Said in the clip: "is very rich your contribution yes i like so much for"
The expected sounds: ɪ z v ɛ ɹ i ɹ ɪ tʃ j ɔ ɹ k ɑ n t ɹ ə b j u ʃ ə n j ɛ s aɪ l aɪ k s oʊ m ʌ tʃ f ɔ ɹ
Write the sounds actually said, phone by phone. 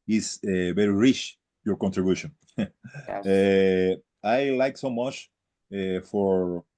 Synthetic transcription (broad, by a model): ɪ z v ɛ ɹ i ɹ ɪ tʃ j ɔ ɹ k ɑ n t ɹ ə b j u ʃ ə n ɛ aɪ l aɪ k s oʊ m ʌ tʃ f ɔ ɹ